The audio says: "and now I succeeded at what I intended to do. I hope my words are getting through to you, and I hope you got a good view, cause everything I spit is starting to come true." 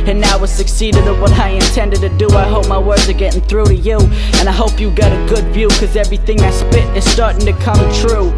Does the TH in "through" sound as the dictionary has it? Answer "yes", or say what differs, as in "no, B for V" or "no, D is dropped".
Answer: yes